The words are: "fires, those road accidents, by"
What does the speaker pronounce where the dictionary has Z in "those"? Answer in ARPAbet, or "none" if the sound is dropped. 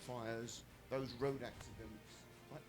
Z